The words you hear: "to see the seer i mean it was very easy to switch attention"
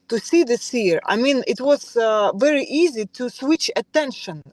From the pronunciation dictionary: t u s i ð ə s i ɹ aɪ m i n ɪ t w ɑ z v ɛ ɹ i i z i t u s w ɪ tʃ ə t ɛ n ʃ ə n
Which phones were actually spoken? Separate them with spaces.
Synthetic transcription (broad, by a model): t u s i ð ə s i ɹ aɪ m i n ɪ t w ɑ z v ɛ ɹ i i z i t u s w ɪ tʃ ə t ɛ n ʃ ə n